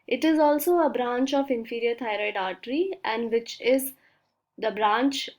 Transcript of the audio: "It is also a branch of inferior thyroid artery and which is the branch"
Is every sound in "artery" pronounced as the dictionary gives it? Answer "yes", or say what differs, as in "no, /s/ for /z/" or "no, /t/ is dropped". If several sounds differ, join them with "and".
yes